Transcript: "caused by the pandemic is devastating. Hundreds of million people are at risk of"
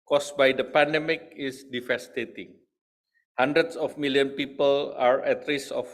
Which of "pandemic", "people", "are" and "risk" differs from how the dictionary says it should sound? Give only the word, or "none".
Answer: risk